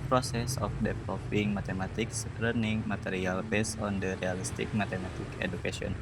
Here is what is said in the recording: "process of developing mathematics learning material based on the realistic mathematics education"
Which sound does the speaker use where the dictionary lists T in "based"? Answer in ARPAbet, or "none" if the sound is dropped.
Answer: none